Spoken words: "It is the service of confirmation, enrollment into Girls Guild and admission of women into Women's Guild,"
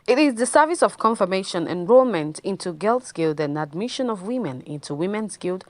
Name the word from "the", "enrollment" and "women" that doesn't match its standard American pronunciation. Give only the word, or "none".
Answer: none